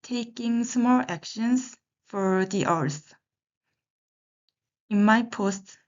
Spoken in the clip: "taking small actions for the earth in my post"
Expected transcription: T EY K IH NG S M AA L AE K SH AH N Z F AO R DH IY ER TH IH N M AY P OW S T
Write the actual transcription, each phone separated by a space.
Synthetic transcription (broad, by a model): T EY K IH NG S M AA L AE K SH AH N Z F AO R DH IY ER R IH N M AY P OW S T